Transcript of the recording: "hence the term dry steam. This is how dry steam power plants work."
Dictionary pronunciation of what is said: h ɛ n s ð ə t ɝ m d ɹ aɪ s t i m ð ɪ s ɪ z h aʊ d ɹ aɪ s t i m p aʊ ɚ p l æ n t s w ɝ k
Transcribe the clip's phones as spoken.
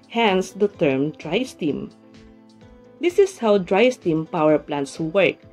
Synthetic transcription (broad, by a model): h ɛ n s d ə t ɝ m d ɹ aɪ s t i m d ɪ s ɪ s h aʊ d ɹ aɪ s t i m p aʊ ɚ p l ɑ n t s w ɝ k